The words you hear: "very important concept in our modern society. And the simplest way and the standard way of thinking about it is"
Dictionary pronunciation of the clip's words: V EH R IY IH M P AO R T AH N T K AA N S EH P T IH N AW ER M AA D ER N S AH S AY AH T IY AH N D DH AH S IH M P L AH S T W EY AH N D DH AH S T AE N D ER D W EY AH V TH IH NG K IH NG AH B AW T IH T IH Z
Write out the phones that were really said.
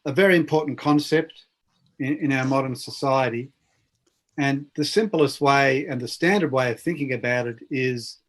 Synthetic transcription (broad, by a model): V EH R IY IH M P AO R T N K AA N S EH P T IH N AW ER M AA D ER N S AH S AY AH T IY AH N DH AH S IH M P L AH S T W EY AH N DH AH S T AE N D ER D W EY AH V TH IH NG K IH NG AH B AW T IH T IH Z